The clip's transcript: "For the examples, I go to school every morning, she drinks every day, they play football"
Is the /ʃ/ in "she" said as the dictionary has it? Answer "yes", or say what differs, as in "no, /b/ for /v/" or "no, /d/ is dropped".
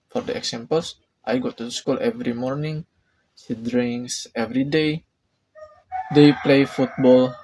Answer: no, /s/ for /ʃ/